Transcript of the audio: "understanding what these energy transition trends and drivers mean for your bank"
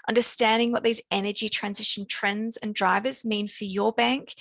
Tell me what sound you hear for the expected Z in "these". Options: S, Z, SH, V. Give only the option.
Z